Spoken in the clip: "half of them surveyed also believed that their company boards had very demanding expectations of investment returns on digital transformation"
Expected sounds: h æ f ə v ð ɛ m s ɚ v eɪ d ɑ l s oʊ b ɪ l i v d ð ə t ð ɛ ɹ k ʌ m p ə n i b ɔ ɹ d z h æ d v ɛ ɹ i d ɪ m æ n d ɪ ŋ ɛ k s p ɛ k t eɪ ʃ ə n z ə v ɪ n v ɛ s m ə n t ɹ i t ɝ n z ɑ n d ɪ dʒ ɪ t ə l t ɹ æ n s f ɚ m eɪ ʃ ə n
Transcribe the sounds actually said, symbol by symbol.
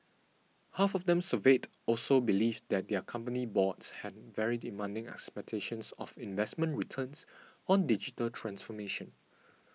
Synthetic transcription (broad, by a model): h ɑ f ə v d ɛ m s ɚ v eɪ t ɑ l s oʊ b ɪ l i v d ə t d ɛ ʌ k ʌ m p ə n i b ɔ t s h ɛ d v ɛ ɹ i d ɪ m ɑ n d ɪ ŋ ɛ k s p ɛ k t eɪ ʃ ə n s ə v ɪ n v ɛ s m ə n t ɹ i t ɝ n s ɑ n d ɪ dʒ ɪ t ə l t ɹ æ n s f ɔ m eɪ ʃ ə n